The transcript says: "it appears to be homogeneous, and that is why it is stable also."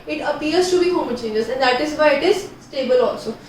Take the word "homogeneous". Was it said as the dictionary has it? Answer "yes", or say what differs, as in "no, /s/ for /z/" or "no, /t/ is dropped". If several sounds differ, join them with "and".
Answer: no, /tʃ/ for /dʒ/